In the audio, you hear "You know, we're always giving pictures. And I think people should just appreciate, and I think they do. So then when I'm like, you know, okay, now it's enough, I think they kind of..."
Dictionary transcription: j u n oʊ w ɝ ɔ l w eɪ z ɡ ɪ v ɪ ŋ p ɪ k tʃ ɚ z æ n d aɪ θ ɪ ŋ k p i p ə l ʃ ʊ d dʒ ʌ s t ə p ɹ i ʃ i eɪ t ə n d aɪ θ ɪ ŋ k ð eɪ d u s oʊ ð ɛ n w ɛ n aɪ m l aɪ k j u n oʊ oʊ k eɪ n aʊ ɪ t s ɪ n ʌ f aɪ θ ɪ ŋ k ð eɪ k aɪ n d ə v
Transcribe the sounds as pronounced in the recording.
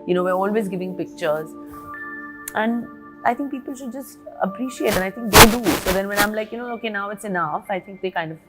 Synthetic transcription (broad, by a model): j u n oʊ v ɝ ɔ l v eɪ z ɡ ɪ v ɪ ŋ p ɪ k tʃ ɚ z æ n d aɪ t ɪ ŋ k p i p ə l ʃ ʊ d dʒ ʌ s t ə p ɹ i ʃ i eɪ t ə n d aɪ t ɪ ŋ k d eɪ d u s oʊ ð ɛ n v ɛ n aɪ m l aɪ k j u n oʊ oʊ k eɪ n aʊ ɪ t s ɪ n ʌ f aɪ t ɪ ŋ k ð eɪ k aɪ n d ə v